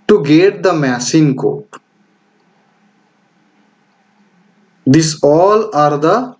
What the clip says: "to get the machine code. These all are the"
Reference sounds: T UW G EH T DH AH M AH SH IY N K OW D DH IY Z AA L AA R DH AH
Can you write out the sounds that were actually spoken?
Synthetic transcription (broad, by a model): T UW G EH T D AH M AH S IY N K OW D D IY S AA L AA R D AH